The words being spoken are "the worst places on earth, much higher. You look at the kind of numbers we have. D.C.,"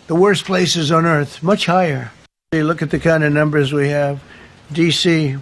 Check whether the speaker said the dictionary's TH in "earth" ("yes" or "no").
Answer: yes